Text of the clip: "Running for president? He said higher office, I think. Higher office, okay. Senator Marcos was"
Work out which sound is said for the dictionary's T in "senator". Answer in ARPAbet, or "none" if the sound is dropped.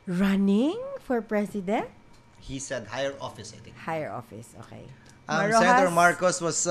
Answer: S